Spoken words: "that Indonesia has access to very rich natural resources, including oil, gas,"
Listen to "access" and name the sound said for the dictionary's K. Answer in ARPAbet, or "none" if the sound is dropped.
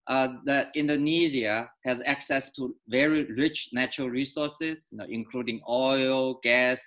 K